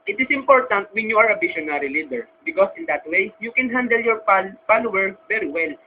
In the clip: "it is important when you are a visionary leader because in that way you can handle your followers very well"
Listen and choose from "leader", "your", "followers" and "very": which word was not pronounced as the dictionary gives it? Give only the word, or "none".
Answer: followers